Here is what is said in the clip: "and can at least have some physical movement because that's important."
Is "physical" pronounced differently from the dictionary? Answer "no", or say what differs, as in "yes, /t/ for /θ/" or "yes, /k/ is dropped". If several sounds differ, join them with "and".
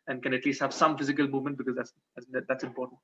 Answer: no